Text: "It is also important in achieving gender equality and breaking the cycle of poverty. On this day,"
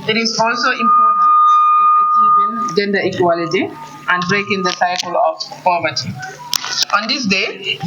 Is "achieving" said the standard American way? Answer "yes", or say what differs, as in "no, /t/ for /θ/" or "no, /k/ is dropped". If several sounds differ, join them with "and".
no, /v/ is dropped